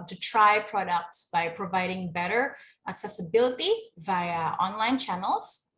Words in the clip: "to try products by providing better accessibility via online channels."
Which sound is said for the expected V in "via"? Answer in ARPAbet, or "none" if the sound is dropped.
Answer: V